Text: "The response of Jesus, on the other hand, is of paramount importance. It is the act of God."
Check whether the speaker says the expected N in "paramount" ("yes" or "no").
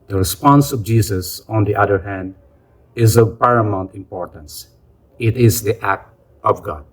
yes